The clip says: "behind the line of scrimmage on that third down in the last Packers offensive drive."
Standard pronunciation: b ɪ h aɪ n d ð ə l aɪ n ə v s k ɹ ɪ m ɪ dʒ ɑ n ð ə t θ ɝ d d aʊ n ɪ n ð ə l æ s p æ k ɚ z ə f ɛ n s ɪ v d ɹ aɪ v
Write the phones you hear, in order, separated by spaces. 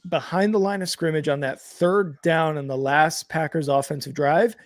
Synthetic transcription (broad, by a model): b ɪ h aɪ n ð ə l aɪ n ə v s k ɹ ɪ m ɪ dʒ n ð ə t θ ɝ d d aʊ n ɪ n ð ə l æ s p æ k ɚ z ə f ɛ n s ɪ v d ɹ aɪ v